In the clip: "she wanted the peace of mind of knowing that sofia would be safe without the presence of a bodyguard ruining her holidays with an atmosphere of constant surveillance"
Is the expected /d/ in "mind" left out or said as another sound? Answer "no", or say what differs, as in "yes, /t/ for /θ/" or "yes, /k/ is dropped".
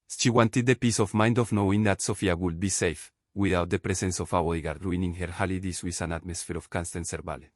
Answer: no